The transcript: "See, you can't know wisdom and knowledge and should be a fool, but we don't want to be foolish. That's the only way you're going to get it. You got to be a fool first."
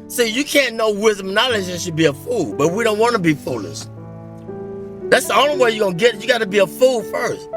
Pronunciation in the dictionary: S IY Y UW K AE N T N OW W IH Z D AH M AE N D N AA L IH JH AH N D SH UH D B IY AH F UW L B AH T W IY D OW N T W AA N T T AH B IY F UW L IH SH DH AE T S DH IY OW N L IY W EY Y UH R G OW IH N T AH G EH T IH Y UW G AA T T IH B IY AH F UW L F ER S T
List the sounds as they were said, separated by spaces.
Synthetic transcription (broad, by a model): S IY Y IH K AE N N OW W IH Z D AH M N N AA L IH JH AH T SH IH D B IY AH F UW L B AH T W IY D OW N T W AA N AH B IY F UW L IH S DH AE T S DH IY OW N L IY W EY Y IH G OW IH N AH G EH T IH Y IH G AA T T IH B IY AH F UW L F ER S T